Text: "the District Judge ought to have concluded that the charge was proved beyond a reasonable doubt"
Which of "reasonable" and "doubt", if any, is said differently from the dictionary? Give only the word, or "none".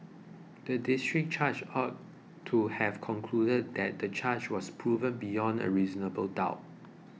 none